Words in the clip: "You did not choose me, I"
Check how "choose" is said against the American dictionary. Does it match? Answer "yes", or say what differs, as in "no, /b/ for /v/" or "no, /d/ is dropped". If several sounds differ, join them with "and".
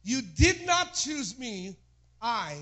yes